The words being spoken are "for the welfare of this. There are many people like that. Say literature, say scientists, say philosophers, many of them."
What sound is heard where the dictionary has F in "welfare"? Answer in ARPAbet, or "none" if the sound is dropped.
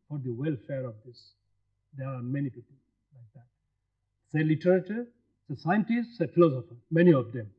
F